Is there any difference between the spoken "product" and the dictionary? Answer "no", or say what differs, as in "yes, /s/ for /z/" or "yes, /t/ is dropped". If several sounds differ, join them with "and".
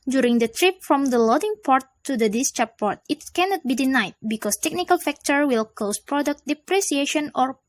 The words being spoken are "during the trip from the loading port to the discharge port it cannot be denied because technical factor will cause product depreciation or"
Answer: no